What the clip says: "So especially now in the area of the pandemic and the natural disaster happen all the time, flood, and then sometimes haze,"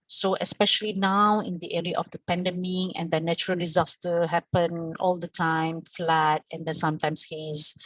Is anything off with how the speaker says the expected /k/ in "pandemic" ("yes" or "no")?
yes